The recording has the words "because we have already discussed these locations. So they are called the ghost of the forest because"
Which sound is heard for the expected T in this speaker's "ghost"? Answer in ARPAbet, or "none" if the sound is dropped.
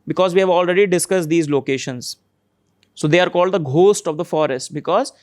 T